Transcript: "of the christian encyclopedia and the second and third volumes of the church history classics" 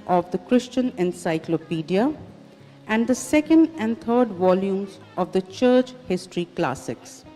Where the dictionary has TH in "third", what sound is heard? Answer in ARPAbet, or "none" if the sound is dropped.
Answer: T